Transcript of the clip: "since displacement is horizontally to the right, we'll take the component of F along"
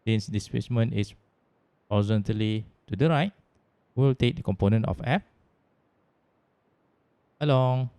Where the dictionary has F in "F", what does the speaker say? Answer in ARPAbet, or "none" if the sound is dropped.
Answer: P